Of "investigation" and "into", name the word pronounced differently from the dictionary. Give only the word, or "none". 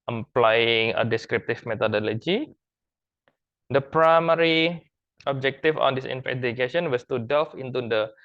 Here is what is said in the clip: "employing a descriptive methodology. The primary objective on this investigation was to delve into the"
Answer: investigation